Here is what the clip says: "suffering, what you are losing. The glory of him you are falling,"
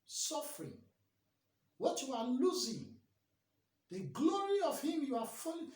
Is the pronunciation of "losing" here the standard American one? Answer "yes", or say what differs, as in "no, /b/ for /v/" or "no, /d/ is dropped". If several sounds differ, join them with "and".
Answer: yes